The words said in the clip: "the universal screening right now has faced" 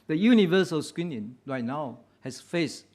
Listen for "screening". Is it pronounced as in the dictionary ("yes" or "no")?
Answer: no